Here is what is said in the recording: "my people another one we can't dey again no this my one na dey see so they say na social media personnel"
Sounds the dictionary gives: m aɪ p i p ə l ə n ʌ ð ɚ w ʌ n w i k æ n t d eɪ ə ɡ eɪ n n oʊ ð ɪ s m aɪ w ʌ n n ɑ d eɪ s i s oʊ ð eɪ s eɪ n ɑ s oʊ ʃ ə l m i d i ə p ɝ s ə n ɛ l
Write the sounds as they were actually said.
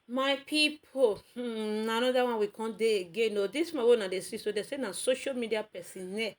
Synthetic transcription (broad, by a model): m aɪ p i p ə n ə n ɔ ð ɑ w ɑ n w i k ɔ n d eɪ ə ɡ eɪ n n oʊ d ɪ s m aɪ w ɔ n n ɑ d eɪ s i s oʊ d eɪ s eɪ n ɑ s oʊ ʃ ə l m i d i ə p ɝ s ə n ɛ